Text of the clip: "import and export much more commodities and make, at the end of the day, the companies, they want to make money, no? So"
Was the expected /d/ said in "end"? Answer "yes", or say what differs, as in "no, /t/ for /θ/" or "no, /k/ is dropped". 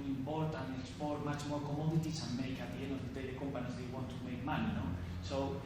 no, /d/ is dropped